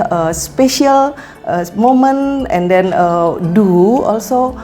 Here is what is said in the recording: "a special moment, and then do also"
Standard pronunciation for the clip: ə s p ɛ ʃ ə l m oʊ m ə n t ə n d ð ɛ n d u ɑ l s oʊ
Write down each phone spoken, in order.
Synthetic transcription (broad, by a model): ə s p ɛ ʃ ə l m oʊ m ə n ə n d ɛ n d u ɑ l s oʊ